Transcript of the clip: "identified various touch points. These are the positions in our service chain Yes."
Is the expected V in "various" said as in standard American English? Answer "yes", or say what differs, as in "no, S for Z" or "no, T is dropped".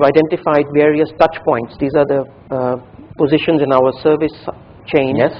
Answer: yes